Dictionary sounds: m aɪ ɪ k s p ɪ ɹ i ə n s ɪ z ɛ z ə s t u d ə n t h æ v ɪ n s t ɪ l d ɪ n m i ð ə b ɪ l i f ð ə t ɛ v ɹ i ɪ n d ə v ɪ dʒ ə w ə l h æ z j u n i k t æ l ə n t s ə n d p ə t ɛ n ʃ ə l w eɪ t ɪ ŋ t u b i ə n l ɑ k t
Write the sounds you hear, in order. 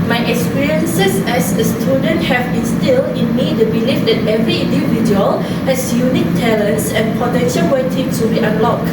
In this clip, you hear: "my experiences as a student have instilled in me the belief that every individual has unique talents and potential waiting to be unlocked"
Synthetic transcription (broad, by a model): m aɪ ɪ k s p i ɹ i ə n s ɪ s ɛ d ə s t u d ə n t h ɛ b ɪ n s t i l ɪ n m i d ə b ɪ l i f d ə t ɛ v ɹ i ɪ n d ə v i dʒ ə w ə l h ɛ s j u n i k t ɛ l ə n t s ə n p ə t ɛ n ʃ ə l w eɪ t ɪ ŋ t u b i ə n l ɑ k